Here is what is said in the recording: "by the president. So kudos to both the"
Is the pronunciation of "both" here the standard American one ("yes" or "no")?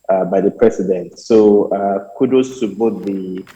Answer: no